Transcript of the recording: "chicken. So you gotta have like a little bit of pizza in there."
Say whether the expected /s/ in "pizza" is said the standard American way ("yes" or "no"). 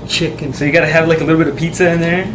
yes